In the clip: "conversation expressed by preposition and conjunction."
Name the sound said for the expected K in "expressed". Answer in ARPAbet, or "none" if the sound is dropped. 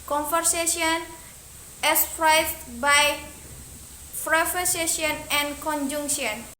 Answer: none